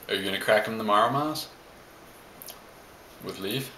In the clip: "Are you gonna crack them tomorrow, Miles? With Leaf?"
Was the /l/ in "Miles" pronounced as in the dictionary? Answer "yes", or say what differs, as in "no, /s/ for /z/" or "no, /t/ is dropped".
no, /l/ is dropped